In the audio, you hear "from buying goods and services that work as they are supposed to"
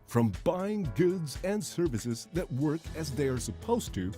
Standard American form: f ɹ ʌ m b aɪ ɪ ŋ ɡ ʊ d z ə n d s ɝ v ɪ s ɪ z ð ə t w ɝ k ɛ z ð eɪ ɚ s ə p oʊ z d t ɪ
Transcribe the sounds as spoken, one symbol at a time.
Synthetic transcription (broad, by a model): f ɹ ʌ m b aɪ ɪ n ɡ ʊ d z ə n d s ɝ v ɪ s ɪ z ð ə t w ɝ k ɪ z ð eɪ ɚ s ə p oʊ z t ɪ